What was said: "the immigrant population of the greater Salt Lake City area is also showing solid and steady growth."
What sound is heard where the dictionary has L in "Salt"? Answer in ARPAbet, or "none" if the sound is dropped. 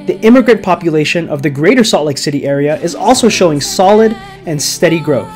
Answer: none